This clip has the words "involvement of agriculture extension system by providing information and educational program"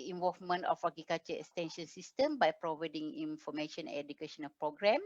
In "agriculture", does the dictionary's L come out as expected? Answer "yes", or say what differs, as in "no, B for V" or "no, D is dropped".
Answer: no, L is dropped